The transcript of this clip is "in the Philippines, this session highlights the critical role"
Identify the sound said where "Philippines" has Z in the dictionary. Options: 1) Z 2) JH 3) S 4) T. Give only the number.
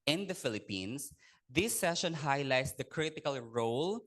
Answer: 3